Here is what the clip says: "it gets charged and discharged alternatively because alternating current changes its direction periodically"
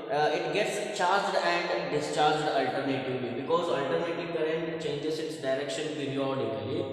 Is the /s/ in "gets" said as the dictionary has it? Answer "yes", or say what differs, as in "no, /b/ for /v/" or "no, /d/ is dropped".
yes